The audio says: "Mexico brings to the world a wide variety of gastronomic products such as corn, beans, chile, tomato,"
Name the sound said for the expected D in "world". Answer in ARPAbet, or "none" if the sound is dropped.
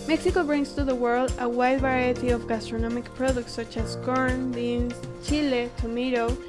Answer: D